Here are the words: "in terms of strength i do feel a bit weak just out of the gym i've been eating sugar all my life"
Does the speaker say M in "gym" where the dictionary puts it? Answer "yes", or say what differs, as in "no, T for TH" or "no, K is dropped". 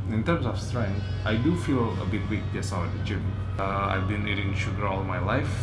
no, M is dropped